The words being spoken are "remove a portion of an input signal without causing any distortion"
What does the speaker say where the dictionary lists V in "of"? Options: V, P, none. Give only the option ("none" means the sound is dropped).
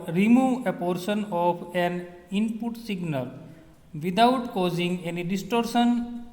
P